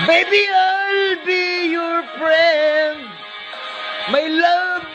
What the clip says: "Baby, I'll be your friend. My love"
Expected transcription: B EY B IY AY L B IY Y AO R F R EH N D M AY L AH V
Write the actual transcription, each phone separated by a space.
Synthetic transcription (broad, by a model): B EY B IY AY L B IY Y AO R P R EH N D M AY L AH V